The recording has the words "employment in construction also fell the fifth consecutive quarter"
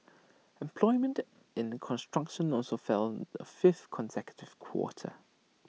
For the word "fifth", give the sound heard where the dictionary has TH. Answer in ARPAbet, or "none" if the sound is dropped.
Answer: TH